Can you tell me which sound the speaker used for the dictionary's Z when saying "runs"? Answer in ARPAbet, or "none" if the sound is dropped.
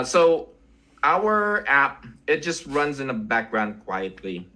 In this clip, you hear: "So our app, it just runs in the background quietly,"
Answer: Z